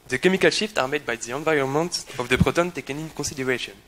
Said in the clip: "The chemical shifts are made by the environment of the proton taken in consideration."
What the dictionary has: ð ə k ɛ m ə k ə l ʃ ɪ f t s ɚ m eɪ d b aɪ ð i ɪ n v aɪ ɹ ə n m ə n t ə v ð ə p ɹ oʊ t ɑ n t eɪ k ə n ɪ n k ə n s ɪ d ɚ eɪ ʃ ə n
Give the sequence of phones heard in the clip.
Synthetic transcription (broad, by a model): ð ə k ɛ m ə k ə l ʃ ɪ f t ɑ m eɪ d b aɪ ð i ɪ n v aɪ ɹ ə n m ə n t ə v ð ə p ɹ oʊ t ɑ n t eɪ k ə n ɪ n k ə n s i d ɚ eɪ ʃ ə n